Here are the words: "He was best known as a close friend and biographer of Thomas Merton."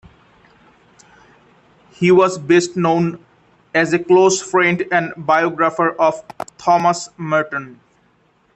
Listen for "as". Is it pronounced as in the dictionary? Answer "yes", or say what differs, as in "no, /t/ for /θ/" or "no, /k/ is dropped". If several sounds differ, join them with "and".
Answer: yes